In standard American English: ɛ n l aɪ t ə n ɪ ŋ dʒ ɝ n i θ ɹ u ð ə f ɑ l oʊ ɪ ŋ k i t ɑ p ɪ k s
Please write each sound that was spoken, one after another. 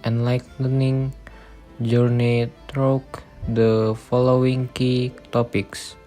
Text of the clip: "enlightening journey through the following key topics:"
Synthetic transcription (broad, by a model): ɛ n l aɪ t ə n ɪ ŋ dʒ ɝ n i t ɹ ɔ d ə f ɑ l oʊ ɪ ŋ k i t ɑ p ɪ k s